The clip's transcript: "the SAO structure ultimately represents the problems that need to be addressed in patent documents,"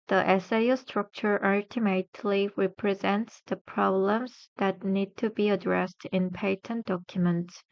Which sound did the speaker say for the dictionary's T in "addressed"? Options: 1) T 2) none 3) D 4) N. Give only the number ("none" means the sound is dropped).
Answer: 1